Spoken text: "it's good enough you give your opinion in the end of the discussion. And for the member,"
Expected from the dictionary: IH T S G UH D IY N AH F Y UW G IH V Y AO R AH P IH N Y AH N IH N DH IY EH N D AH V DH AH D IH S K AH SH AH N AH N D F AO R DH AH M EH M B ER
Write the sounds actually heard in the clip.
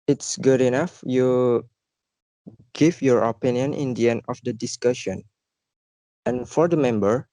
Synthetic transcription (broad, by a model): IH T S G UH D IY N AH F Y UW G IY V Y AO R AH P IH N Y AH N IH N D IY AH N AH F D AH D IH S K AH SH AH N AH N F AO R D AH M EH M B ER